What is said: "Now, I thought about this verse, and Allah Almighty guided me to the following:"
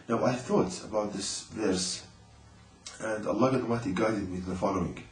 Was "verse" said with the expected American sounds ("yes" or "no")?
yes